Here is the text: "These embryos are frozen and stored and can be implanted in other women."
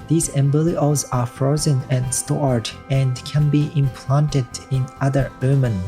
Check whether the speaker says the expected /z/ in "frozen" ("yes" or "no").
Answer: yes